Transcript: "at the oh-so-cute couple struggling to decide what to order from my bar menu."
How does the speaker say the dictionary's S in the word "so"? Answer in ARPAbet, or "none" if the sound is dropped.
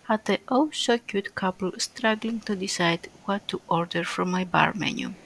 SH